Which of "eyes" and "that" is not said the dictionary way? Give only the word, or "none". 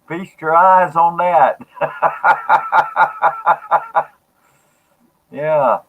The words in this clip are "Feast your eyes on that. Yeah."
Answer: none